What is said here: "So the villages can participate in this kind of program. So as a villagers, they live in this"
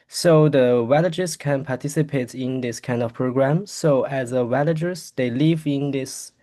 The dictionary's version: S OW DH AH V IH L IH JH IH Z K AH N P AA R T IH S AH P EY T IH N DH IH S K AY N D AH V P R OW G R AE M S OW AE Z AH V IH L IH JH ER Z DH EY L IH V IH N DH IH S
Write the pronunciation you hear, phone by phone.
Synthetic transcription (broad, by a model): S OW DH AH W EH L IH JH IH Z K AH N P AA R T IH S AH P EY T IH N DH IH S K AY N D AH V P R OW G R AE M S OW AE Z AH W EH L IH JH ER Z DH EY L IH V IH N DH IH S